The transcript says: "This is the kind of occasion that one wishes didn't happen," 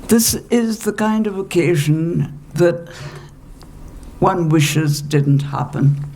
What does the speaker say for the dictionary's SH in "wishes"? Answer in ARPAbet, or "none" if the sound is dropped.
SH